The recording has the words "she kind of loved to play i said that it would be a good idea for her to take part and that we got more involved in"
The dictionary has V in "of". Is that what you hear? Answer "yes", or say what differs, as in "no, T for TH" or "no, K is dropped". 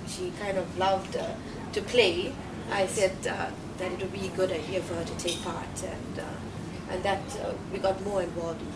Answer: yes